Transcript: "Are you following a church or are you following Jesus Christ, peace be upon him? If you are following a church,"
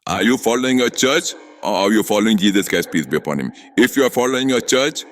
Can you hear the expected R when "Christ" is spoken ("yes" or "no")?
no